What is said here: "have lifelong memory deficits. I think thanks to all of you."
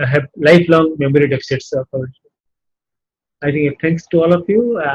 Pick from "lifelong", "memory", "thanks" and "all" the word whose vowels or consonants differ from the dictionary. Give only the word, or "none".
thanks